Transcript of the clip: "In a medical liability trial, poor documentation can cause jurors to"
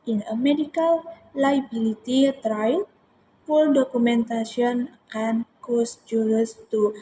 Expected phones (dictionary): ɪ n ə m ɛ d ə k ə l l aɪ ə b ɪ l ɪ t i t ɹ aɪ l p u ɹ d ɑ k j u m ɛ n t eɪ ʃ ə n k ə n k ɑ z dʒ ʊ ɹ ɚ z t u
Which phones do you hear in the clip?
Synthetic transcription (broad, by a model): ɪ n ə m ɛ d ə k ə l l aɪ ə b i l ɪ t i t ɹ aɪ l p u l d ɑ k u m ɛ n t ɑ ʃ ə n k ə n k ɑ s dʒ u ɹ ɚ s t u